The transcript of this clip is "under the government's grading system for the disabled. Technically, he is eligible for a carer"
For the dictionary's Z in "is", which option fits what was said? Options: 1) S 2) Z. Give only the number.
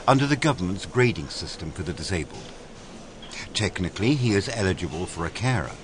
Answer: 2